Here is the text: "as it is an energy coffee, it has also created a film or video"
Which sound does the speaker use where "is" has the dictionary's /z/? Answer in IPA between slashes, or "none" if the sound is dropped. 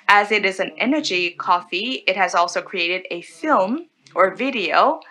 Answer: /z/